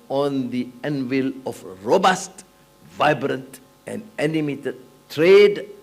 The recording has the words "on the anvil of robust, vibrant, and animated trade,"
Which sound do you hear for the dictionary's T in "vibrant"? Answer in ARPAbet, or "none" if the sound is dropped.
T